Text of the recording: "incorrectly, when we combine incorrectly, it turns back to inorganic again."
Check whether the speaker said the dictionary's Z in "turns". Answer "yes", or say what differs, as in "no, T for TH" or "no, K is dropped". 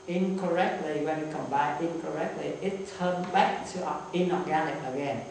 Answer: no, Z is dropped